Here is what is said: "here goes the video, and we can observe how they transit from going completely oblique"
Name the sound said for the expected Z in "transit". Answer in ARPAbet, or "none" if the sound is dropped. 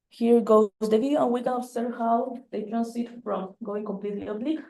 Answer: S